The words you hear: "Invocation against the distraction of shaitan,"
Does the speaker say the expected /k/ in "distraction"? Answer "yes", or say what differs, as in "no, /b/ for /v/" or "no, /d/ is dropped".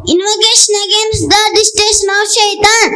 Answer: no, /k/ is dropped